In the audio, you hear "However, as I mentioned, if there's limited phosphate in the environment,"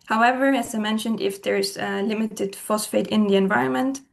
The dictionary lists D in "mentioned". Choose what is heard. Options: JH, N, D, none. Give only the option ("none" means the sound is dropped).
D